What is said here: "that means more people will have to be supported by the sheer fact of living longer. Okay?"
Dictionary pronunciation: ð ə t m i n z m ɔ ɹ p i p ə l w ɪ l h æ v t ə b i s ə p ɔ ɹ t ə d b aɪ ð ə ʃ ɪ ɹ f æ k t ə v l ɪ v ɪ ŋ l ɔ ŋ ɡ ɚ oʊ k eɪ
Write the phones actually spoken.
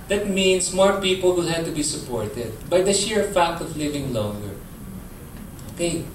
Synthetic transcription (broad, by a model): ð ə t m i n s m ɔ ɹ p i p ə l w ɪ l h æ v t ə b i s ə p ɔ ɹ t ə d b aɪ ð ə ʃ ɪ ɹ f æ k t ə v l ɪ v ɪ ŋ l ɔ ŋ ɡ ɚ oʊ k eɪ